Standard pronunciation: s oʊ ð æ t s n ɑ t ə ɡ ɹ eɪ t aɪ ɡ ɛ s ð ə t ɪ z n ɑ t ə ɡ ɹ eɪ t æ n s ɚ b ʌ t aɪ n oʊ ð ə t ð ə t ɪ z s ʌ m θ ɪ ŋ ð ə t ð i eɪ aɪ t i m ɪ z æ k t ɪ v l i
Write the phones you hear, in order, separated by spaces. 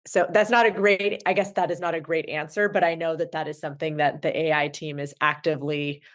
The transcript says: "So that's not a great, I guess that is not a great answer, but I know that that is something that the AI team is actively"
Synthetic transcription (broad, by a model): s oʊ ð æ t s n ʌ t ə ɡ ɹ eɪ t aɪ ɡ ɛ s ð ə t ɪ z n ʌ t ə ɡ ɹ eɪ t æ n s ɚ b ʌ t aɪ n oʊ ð ə t ð ə t ɪ z s ʌ m θ ɪ ŋ ð ə t ð i eɪ aɪ t i m ɪ z æ k t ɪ v l i